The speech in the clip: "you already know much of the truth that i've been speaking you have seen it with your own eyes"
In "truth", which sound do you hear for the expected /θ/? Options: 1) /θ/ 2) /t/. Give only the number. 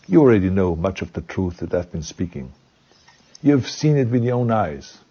1